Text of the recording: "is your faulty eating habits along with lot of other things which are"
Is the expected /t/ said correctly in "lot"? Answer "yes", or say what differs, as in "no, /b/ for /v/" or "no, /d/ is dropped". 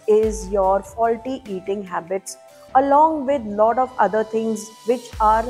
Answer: yes